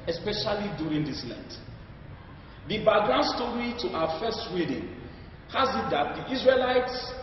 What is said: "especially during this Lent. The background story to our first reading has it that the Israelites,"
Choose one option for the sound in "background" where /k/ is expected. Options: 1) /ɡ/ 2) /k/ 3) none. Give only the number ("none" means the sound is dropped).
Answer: 3